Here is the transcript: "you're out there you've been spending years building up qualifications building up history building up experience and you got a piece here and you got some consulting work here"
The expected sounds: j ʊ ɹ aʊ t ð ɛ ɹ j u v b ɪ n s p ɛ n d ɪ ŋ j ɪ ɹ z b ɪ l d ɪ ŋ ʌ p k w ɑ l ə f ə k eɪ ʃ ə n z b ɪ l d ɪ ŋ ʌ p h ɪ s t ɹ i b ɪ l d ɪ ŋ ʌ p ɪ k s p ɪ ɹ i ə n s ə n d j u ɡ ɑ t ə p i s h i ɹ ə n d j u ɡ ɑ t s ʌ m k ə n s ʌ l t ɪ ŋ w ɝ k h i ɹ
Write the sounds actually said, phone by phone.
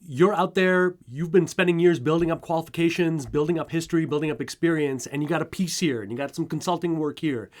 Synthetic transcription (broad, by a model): j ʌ ɹ aʊ t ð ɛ ɹ j u v b ɪ n s p ɛ n d ɪ ŋ j ɪ ɹ z b ɪ l d ɪ ŋ ʌ p k w ɑ l ə f ə k eɪ ʃ ə n z b ɪ l d ɪ ŋ ʌ p h ɪ s t ɹ i b ɪ l d ɪ ŋ ʌ p ɪ k s p ɪ ɹ i ə n s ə n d j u ɡ ɑ t ə p i s h i ɹ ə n j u ɡ ɑ t s ʌ m k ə n s ʌ l t ɪ ŋ w ɝ k h i ɹ